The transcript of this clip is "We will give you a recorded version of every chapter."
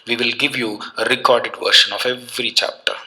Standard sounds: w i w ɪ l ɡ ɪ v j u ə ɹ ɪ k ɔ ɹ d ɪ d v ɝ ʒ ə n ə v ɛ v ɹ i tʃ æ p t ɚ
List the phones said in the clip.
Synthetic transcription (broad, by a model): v i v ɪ l ɡ ɪ v j u ə ɹ ɪ k ɔ ɹ d ɪ d v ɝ ʃ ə n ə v ɛ v ɹ i tʃ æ p t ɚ